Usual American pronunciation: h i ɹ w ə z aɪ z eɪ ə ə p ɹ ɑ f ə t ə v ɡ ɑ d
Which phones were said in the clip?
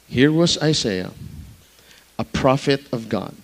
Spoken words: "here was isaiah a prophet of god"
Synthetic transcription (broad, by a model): h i ɹ w ə z aɪ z eɪ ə ə p ɹ ɑ f ə t ə v ɡ ɑ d